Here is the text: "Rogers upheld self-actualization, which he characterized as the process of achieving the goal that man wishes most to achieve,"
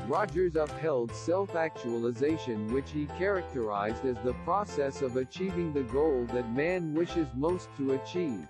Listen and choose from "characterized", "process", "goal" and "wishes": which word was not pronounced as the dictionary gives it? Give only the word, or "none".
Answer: none